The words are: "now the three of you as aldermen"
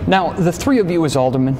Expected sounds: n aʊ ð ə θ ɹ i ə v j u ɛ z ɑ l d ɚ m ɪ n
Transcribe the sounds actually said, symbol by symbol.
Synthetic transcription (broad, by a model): n aʊ ð ə θ ɹ i ə v j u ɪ z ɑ l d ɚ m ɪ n